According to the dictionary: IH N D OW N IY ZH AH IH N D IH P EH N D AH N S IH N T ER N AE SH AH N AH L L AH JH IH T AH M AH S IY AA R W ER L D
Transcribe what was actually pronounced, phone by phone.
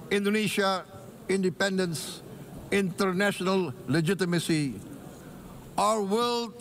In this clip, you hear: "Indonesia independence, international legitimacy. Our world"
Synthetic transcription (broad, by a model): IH N D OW N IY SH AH IH N D IH P EH N D AH N S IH N T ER N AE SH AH N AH L L AH JH IH T AH M AH S IY AA R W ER L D